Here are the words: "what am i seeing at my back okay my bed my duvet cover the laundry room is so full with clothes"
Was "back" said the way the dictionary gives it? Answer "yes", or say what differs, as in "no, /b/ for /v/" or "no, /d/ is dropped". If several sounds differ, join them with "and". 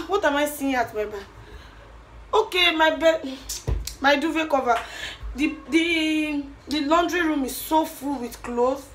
no, /k/ is dropped